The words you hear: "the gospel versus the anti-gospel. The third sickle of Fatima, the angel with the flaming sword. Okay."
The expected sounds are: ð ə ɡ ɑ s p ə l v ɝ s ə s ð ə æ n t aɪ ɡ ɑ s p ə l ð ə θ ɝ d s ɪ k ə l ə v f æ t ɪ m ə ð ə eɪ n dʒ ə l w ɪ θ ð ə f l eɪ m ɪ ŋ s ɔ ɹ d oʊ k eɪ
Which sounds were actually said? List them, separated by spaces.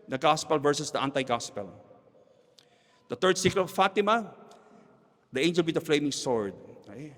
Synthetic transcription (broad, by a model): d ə ɡ ɑ s p ə l v ɝ s ə s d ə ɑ n t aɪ ɡ ɑ s p ə l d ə t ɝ d s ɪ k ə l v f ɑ t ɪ m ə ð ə eɪ n dʒ ə l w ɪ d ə f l eɪ m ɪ ŋ s ɔ ɹ d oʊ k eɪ